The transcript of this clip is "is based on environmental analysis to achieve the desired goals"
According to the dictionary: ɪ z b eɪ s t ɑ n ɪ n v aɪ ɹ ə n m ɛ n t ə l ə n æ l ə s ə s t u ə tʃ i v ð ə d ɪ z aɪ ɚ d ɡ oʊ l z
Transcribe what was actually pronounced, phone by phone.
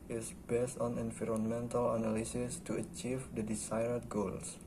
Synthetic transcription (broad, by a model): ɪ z b eɪ s t ɑ n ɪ n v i ɹ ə n m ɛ n t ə l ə n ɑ l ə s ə s t u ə tʃ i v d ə d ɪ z aɪ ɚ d ɡ oʊ l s